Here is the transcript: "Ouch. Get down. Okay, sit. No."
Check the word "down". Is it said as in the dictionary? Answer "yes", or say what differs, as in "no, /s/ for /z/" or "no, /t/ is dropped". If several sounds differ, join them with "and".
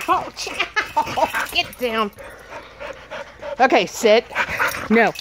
yes